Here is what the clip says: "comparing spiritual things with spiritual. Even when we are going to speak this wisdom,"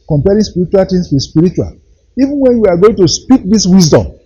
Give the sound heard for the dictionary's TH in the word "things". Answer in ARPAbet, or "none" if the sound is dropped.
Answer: T